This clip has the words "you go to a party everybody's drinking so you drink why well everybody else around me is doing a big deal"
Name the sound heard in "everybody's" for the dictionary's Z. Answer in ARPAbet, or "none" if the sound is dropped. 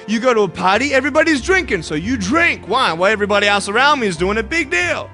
Z